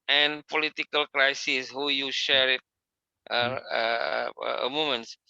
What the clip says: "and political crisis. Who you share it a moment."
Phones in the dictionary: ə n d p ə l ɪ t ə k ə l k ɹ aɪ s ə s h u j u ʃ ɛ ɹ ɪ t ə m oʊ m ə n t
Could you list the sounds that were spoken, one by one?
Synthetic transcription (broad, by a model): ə n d p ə l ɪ t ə k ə l k ɹ aɪ s ə s h u j u ʃ ɛ ɹ ɪ t ə m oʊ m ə n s